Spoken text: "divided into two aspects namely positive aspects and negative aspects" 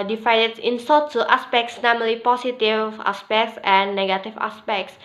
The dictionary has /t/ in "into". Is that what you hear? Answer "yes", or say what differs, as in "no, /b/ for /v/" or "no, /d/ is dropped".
no, /s/ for /t/